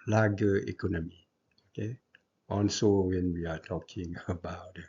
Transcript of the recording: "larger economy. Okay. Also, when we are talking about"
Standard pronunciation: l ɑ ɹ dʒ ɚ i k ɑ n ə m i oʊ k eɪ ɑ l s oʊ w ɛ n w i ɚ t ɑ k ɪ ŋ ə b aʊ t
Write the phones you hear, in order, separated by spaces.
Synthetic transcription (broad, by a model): l ɑ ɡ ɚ i k ɑ n ə m i oʊ k eɪ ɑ n s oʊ w ɛ n w i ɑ t ɑ k ɪ ŋ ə b aʊ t